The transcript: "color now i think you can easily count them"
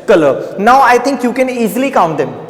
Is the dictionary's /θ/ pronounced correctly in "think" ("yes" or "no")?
no